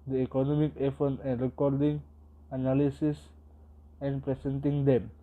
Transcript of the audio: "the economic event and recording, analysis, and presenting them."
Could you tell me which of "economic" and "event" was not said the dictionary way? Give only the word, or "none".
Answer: event